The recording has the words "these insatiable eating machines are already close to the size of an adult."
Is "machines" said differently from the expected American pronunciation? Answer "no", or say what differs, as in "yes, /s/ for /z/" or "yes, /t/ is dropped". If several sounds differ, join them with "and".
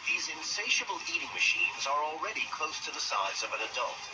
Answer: no